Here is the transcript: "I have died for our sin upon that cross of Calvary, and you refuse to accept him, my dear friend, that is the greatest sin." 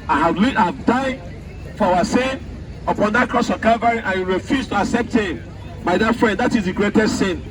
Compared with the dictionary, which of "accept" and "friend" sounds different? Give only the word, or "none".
none